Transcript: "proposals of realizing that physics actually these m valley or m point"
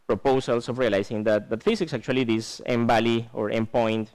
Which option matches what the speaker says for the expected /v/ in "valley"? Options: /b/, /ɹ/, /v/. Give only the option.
/b/